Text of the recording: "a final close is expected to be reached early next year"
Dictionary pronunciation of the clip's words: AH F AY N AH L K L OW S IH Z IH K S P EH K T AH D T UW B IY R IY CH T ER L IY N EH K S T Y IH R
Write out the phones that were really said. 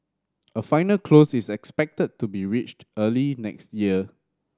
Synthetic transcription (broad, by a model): AH F AY N AH L K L OW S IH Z IH K S P EH K T AH D T UW B IY R IY CH T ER L IY N EH K S T Y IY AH